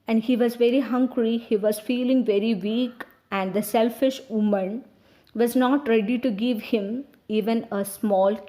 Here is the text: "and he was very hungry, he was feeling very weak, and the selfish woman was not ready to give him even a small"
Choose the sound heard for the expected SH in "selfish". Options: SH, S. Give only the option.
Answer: SH